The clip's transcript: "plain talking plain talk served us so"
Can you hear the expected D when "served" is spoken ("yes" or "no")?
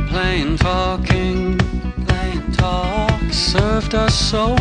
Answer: yes